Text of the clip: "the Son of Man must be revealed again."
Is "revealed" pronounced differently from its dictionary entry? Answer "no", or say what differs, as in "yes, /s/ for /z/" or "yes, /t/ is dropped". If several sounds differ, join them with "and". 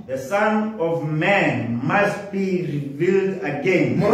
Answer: no